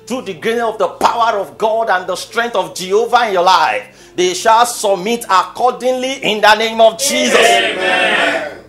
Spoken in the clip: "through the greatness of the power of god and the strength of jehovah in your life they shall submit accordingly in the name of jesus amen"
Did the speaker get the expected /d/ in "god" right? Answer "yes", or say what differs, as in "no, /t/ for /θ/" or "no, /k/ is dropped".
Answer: yes